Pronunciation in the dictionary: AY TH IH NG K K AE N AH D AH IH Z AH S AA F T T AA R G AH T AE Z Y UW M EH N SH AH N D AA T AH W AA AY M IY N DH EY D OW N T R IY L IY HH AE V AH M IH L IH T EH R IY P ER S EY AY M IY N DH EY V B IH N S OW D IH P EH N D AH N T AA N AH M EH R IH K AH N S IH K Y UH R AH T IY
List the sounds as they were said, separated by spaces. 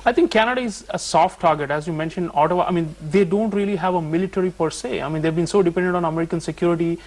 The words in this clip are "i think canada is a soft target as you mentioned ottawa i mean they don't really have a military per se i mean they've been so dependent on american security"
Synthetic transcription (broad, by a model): AY T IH NG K K AE N AH D AH IH Z AH S AA F T T AA R G AH T AE Z Y UW M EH N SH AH N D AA T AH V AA AY M IY N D EY D OW N T R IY L IY HH AE V AH M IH L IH T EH R IY P ER S EY AY M IY N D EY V B IH N S OW D IH P EH N D AH N T AA N AH M EH R IH K AH N S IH K Y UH R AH T IY